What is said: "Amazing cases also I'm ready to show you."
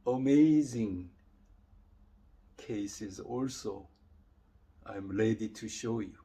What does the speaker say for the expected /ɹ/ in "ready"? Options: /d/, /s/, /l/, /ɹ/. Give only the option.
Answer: /l/